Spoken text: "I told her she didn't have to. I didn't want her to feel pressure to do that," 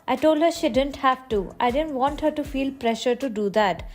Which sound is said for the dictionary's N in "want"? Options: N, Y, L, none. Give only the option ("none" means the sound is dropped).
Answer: N